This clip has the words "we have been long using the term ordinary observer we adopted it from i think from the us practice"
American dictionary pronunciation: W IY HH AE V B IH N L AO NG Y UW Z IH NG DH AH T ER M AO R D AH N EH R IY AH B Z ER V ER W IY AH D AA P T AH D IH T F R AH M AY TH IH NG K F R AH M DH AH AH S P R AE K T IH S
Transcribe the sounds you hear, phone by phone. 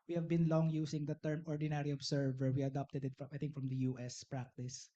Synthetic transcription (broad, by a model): W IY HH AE V B IH N L AO NG Y UW S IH NG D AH T ER M AO R D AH N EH R IY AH B S ER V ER W IY AH D AA P T AH D IH T F R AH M AY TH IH NG K F R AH M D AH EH S P R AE K T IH S